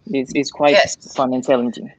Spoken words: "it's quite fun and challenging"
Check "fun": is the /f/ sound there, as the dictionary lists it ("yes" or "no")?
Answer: yes